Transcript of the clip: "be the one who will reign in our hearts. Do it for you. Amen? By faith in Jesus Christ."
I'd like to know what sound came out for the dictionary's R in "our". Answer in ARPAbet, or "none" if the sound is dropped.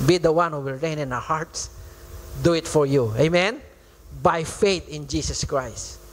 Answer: W